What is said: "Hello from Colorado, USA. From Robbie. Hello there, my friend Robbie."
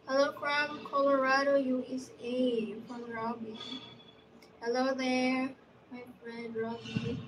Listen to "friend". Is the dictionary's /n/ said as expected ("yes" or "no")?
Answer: no